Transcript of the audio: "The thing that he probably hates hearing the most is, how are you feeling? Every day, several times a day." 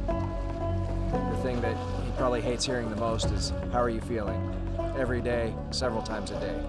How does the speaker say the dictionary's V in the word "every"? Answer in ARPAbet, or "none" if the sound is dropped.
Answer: V